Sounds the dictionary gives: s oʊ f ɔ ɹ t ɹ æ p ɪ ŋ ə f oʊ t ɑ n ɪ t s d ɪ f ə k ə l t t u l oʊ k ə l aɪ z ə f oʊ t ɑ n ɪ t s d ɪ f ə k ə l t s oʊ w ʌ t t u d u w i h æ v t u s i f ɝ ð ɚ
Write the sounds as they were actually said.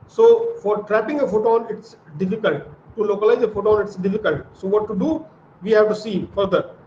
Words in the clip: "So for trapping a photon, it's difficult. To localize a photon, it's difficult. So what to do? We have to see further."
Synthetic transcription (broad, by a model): s oʊ f ɔ ɹ t ɹ æ p ɪ ŋ ə f oʊ t ɑ n ɪ t s d ɪ f ə k ə l t t u l oʊ k ə l aɪ z ə f oʊ t ɑ n ɪ t s d ɪ f ə k ə l t s oʊ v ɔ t t u d u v i h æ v t u s i f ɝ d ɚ